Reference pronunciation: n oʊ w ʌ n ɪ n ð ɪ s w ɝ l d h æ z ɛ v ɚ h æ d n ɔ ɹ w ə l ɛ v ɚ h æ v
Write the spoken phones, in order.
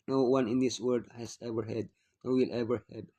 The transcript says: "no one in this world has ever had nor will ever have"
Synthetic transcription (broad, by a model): n oʊ w ʌ n ɪ n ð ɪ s w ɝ d h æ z ɛ v ɚ h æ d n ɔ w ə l ɛ v ɚ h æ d